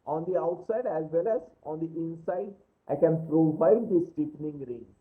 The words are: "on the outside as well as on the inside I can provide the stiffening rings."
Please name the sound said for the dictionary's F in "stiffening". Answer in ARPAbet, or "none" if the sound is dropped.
P